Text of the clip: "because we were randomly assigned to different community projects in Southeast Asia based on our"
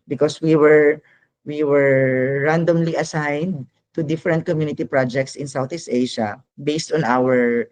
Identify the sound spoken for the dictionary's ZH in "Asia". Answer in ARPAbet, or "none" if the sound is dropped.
SH